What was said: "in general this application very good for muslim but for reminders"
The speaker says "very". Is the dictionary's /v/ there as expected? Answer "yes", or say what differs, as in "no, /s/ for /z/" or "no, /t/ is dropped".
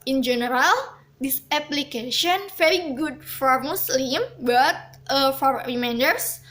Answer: no, /f/ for /v/